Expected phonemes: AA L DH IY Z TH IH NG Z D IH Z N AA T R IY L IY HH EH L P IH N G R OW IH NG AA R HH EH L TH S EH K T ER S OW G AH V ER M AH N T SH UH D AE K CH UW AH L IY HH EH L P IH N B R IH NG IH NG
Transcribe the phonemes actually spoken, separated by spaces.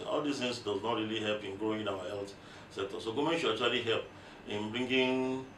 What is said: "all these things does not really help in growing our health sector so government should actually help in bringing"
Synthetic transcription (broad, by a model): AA L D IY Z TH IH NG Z D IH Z N AA T R IY L IY HH EH L P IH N G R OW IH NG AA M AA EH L T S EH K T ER S OW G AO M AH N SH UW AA CH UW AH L IY HH EH L P IH N B R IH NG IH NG